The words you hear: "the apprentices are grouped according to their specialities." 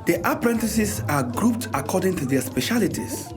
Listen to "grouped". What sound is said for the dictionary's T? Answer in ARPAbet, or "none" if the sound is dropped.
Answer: T